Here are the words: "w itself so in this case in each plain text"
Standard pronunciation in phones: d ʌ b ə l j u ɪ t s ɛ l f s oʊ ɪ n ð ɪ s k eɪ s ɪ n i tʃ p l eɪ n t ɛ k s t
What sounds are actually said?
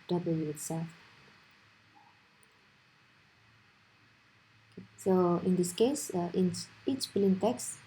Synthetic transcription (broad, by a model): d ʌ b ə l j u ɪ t s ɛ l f s oʊ ɪ n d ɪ s k eɪ s ɪ n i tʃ b l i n t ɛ k s